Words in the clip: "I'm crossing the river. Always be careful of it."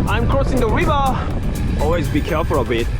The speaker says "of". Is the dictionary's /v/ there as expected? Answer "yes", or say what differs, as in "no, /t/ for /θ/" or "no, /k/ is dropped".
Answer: no, /b/ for /v/